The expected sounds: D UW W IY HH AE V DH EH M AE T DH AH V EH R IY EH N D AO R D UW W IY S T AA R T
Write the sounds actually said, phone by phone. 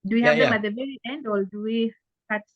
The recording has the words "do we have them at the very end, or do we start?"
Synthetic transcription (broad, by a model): D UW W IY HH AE V DH EH M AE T DH AH V EH R IY EH N D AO L D UW W IY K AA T